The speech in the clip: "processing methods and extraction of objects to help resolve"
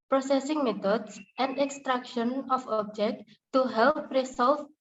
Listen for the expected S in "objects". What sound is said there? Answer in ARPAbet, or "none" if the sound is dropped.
none